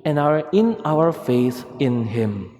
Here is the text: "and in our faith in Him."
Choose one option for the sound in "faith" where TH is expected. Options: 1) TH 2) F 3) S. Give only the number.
3